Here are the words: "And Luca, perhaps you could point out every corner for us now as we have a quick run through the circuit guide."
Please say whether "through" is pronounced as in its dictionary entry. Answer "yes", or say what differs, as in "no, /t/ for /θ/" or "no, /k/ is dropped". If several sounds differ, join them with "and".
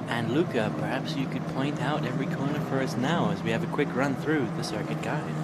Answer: yes